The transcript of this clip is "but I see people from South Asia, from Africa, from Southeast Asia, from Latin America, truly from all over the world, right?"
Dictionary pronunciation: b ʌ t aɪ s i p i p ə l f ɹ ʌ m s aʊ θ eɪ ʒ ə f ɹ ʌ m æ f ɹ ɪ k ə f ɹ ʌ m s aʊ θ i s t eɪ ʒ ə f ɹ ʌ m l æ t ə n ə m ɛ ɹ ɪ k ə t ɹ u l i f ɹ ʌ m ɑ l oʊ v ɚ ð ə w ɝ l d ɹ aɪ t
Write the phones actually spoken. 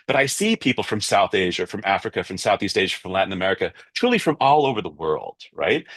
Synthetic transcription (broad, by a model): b ʌ t aɪ s i p i p l f ɹ ʌ m s aʊ θ eɪ ʒ ə f ɹ ʌ m æ f ɹ ɪ k ə f ɹ ʌ m s aʊ θ i s t eɪ ʒ ə f ɹ ʌ m l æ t n ə m ɛ ɹ ɪ k ə t ɹ u l i f ɹ ʌ m ɑ l oʊ v ɚ ð ə w ɝ l d ɹ aɪ t